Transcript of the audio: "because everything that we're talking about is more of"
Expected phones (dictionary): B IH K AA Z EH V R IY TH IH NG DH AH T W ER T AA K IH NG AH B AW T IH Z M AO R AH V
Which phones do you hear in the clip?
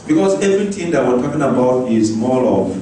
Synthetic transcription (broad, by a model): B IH K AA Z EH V R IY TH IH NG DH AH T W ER T AA K IH NG AH B AW T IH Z M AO L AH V